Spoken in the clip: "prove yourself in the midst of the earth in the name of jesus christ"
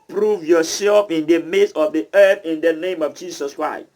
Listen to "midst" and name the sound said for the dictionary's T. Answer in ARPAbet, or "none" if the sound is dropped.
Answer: none